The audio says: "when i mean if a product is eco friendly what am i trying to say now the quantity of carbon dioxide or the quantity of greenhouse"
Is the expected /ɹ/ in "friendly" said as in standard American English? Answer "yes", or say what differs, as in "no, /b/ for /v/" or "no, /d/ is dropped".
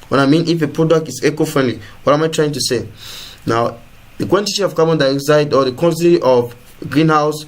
yes